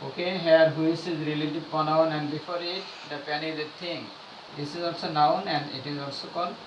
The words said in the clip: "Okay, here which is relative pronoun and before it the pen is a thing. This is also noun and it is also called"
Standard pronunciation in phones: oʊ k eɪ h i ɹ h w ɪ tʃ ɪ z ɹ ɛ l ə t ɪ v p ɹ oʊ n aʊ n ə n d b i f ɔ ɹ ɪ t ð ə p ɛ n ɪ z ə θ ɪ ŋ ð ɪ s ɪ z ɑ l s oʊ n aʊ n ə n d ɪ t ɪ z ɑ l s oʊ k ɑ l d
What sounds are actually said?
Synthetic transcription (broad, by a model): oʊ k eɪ h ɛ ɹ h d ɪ s ɪ z ɹ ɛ l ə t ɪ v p oʊ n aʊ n ə n d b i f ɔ ɹ ɪ t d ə p ɛ n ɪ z ə t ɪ ŋ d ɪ s ɪ z ɑ l s oʊ n aʊ n ə n d ɪ t ɪ z ɑ l s oʊ k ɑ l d